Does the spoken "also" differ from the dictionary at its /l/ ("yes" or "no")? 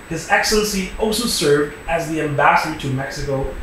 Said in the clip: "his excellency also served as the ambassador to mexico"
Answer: no